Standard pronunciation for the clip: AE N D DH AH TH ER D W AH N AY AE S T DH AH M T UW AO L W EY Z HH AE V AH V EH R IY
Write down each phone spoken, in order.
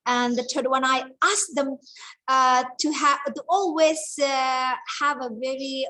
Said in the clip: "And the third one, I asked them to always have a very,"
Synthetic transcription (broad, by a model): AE N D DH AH T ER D W AH N AY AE S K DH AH M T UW AO L W EY Z HH AE V AH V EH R IY